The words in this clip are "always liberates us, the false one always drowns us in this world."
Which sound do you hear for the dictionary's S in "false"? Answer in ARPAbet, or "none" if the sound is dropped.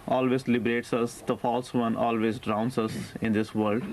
S